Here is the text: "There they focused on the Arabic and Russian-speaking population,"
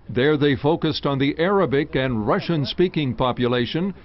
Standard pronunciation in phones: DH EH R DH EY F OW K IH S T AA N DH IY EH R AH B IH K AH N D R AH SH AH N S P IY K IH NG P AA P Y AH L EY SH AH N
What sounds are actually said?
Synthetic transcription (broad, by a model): DH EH R DH EY F OW K IH S T N DH IY EH R AH B IH K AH N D R AH SH AH N S P IY K IH NG P AA P Y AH L EY SH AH N